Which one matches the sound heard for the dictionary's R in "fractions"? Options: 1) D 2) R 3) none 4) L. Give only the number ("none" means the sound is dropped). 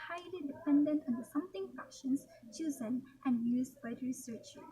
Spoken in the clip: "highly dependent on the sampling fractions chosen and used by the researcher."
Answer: 3